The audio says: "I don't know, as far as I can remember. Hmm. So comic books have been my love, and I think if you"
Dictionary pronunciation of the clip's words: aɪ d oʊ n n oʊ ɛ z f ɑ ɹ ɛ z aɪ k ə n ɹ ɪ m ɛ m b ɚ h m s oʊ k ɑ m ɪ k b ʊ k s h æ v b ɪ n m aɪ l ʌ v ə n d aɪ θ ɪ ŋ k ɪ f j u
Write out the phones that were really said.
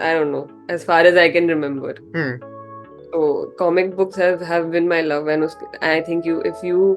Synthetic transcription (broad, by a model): aɪ d oʊ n n oʊ ɛ z f ɑ ɹ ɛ z aɪ k ə n ɹ ɪ m ɛ m b ɚ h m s oʊ k ɑ m ɪ k b ʊ k s h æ v b ɪ n m aɪ l ʌ v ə n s aɪ t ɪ ŋ k ɪ f j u